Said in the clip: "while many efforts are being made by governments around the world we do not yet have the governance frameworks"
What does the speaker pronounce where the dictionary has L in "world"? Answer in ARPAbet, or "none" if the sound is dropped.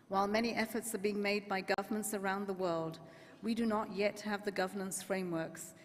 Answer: L